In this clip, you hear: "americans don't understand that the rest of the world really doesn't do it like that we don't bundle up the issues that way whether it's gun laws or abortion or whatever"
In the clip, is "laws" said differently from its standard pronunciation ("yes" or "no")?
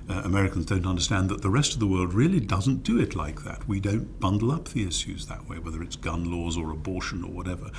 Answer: no